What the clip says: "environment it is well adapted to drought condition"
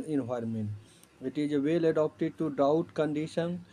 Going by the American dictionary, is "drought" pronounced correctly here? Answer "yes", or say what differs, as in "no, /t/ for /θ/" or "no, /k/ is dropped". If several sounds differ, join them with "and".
no, /ɹ/ is dropped